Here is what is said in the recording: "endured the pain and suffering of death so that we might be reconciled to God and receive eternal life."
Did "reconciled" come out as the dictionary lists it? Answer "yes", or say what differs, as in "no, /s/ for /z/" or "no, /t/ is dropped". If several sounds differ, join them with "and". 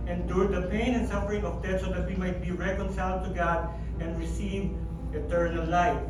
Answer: yes